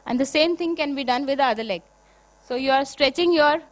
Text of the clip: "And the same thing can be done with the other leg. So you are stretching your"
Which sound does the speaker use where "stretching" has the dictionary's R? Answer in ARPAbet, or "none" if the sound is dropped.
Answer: R